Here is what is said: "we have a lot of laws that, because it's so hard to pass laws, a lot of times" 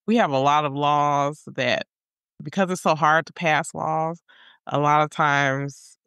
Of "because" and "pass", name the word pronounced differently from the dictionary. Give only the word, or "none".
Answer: none